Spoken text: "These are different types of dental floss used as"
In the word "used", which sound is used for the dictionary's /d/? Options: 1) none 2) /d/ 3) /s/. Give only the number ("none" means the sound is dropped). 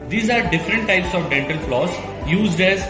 2